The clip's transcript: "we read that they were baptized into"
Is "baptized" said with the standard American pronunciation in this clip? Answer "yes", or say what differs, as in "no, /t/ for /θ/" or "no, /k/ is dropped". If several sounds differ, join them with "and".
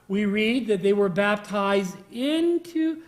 yes